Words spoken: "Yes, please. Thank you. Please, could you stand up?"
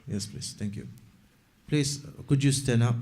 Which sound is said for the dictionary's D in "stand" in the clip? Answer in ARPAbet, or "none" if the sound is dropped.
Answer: none